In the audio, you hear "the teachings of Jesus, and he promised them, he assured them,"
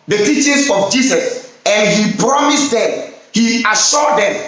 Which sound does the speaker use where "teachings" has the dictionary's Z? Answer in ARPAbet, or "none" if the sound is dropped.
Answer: S